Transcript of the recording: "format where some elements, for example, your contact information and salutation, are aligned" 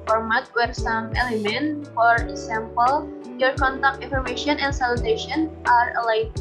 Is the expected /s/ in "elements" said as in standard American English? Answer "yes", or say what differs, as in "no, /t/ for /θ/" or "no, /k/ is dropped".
no, /s/ is dropped